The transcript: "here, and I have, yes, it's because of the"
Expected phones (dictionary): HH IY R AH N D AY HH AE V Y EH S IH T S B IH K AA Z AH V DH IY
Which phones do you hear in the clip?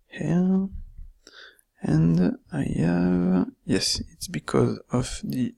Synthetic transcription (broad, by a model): HH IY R AH N D AY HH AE V Y EH S IH T S B IH K AA Z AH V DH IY